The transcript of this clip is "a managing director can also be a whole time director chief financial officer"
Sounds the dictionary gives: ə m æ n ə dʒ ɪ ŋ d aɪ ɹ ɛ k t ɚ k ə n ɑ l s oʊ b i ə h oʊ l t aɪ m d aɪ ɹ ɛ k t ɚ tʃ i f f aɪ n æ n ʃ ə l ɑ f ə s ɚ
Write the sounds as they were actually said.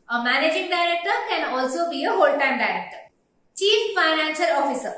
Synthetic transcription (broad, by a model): ə m æ n ə dʒ ɪ ŋ d aɪ ɹ ɛ k t ɚ k ə n ɑ l s oʊ b i ə h oʊ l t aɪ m d aɪ ɹ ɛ k t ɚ tʃ i f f aɪ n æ n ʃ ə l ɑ f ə s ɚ